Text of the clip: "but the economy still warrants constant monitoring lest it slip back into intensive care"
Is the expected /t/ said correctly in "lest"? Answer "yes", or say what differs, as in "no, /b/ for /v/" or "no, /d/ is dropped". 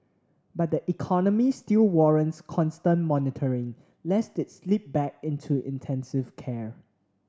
yes